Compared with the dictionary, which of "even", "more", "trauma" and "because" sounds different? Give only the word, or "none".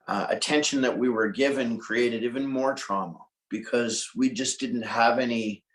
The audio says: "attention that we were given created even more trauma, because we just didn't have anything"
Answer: none